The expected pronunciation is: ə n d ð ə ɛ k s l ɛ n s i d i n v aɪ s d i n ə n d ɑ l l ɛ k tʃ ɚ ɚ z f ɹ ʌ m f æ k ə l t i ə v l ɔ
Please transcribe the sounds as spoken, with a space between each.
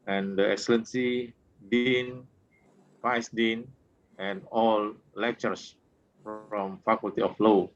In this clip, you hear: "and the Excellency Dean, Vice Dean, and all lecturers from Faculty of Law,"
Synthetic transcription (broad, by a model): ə n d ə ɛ k s l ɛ n s i d i n f aɪ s d i n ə n ɑ l l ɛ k tʃ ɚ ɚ s f ɹ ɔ m f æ k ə l t i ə f l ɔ